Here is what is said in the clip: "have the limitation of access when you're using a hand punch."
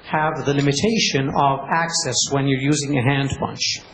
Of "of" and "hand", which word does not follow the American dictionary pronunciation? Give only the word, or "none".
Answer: none